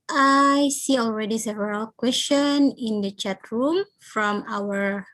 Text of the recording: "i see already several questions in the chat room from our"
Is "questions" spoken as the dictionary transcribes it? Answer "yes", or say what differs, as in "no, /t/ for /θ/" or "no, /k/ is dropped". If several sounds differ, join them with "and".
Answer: no, /z/ is dropped